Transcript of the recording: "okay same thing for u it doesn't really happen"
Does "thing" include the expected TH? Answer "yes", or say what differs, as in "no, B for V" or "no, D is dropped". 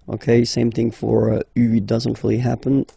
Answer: yes